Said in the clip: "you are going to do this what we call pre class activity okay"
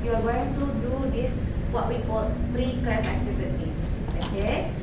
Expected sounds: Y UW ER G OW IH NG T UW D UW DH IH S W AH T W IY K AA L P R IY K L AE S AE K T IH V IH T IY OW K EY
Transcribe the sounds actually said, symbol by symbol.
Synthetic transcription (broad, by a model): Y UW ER G OW IH NG T UW D UW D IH S W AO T W IY K AA L P R IY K AA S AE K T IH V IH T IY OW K EY